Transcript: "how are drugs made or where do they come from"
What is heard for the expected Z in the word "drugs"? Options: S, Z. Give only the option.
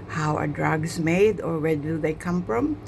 S